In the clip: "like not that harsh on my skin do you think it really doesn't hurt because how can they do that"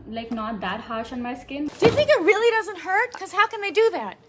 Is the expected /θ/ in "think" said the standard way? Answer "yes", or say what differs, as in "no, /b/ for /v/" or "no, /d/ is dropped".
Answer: yes